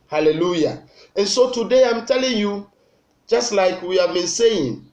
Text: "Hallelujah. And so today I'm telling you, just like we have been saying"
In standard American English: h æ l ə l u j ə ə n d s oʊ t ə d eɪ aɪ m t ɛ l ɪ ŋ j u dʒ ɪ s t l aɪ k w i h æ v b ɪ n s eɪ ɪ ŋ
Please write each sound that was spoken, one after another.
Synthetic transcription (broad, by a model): h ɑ l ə l u j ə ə n s oʊ t ə d eɪ aɪ m t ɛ l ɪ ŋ j u dʒ ɪ s t l aɪ k w i h æ v b ɪ n s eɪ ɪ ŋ